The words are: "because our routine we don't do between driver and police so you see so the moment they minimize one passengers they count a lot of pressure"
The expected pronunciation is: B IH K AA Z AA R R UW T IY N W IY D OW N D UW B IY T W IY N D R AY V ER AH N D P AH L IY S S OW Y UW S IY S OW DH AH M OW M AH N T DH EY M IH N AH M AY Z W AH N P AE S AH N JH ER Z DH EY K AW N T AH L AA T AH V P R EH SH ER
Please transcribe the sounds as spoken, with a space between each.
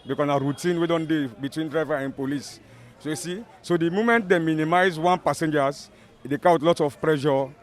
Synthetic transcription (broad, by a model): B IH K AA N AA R R UW T IY N W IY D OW N D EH B IY T W IY N D R AY V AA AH N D P AH L IY S S OW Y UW S IY S OW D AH M OW M AH N T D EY M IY N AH M AY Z W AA N P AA S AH N JH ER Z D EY K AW T L AA T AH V P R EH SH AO